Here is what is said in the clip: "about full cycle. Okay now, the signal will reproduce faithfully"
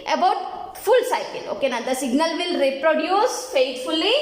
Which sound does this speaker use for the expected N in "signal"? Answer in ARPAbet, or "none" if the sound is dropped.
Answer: N